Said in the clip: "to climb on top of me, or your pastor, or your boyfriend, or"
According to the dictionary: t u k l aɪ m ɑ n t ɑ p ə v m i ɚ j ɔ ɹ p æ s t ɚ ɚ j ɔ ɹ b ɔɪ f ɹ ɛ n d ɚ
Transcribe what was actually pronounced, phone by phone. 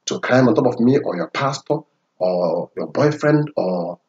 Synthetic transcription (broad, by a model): t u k aɪ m ɑ n t ɑ p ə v m i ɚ j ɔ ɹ p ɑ s t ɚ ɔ j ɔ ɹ b ɔɪ f ɹ ɛ n d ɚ